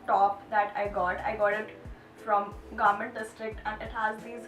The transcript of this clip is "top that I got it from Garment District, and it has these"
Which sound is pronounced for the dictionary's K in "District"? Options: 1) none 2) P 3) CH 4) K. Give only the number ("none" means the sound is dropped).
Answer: 4